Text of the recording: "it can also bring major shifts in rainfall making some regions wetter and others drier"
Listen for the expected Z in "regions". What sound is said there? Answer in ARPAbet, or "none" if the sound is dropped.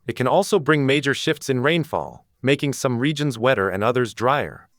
Z